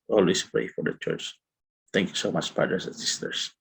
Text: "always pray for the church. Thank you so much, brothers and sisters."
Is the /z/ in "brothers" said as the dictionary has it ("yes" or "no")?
no